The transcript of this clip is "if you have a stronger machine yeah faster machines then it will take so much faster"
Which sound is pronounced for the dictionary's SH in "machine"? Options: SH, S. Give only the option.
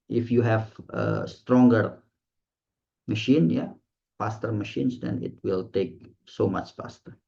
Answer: SH